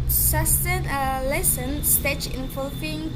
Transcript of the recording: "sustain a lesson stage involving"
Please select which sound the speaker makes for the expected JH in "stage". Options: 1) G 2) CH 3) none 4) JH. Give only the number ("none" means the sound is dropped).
2